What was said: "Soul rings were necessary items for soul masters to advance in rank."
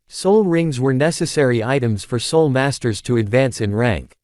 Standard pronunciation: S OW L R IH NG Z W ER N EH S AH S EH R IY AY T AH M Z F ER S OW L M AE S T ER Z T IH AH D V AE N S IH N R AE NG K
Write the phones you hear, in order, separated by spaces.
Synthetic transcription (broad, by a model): S OW L R IH NG Z W ER N EH S AH S EH R IY AY T AH M Z F ER S OW L M AE S T ER Z T IH AH D V AE N S IH N R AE NG K